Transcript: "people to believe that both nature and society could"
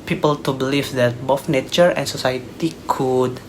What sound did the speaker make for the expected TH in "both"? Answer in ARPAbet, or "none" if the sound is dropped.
F